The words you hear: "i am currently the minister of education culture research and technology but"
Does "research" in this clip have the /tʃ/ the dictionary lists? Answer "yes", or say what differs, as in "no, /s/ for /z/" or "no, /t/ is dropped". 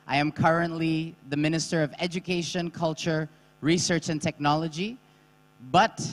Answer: yes